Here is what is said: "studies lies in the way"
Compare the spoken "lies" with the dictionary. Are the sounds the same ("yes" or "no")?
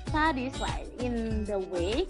no